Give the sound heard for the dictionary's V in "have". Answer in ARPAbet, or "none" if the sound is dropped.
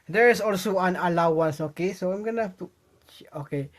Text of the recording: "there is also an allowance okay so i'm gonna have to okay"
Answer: F